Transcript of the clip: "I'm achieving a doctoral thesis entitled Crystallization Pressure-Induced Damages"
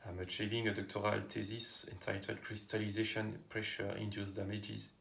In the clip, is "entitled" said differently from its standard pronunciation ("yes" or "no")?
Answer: yes